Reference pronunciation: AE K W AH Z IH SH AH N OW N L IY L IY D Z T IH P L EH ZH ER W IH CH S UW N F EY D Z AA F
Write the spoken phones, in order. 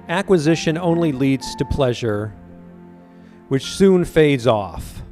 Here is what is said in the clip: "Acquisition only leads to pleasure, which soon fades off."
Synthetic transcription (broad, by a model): AE K W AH Z IH SH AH N OW N L IY L IY D Z T IH P L EH ZH ER W IH CH S UW N F EY D Z AA F